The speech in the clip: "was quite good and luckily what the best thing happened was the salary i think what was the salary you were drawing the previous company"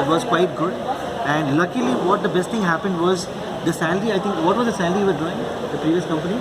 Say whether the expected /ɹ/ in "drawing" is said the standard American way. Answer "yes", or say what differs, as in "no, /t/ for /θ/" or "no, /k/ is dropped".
no, /ɹ/ is dropped